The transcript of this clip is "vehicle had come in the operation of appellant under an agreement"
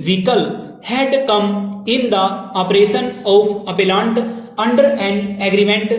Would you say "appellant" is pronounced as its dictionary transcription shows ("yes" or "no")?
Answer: yes